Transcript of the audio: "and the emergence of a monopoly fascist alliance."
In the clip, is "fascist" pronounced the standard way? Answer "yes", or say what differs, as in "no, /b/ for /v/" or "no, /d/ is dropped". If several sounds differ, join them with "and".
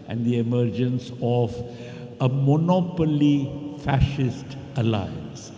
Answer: yes